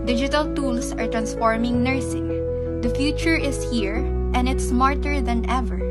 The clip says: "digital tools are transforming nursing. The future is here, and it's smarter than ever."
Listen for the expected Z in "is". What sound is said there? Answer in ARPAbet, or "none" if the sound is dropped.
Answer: S